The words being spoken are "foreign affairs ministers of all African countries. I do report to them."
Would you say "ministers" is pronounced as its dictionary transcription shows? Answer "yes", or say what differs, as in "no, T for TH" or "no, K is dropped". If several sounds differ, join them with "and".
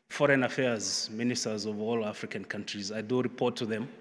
yes